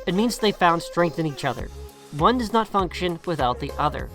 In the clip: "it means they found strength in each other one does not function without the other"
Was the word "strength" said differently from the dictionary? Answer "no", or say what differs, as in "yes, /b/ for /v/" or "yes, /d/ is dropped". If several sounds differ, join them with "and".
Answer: no